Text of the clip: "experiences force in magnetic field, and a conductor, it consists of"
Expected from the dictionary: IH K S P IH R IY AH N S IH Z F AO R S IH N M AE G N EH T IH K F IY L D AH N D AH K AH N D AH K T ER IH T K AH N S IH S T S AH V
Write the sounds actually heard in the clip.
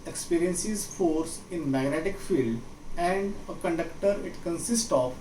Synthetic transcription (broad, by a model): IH K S P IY R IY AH N S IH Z F AO R S IH N M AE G N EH T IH K F IY L D AH N D AH K AH N D AH K T ER IH T K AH N S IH S T AH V